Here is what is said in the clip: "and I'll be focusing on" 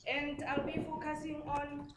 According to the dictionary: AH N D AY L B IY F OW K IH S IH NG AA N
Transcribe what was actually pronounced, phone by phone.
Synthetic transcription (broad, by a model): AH N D AY L B IY F OW K IH S IH NG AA N